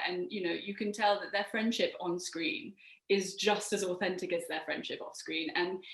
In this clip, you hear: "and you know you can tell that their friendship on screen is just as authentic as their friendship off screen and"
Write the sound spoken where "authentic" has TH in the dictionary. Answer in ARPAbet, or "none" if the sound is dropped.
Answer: TH